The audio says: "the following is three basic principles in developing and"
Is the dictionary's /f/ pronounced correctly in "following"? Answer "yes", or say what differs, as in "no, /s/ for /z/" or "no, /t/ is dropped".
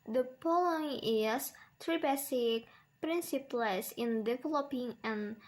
no, /p/ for /f/